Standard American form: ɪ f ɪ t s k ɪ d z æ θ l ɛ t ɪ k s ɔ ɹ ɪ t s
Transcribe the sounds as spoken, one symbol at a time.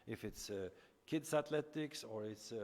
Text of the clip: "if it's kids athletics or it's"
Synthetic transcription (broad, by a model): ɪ f ɪ t s k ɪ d s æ t l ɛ t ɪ k s ɔ ɹ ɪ t s